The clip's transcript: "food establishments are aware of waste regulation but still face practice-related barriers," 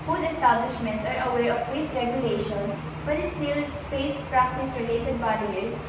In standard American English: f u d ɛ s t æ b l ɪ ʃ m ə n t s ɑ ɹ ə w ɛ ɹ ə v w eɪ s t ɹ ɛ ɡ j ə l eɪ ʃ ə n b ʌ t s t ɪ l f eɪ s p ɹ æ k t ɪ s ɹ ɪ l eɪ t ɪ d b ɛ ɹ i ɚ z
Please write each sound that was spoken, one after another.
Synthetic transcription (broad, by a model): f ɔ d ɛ s t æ b l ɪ ʃ m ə n t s ɑ ɹ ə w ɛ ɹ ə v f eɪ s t ɹ ɛ ɡ j ə l eɪ ʃ ə n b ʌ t s t ɪ l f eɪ s p ɹ æ k t ɪ s ɹ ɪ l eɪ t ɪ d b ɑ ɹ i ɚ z